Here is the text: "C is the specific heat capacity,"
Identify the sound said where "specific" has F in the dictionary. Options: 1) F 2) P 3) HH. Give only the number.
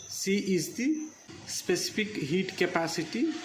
2